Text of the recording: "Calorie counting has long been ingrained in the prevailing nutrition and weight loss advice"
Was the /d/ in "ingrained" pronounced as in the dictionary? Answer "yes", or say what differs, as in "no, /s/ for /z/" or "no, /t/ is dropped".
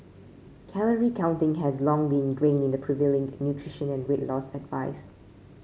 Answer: no, /d/ is dropped